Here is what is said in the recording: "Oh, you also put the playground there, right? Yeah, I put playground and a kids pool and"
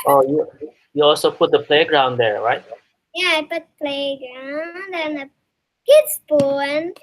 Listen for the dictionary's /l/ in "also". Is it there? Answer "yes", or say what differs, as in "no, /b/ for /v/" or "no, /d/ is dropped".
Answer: yes